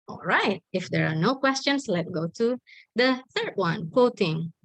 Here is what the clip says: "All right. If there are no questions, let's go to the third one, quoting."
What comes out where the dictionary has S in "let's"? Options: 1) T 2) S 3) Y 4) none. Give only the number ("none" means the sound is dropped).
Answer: 4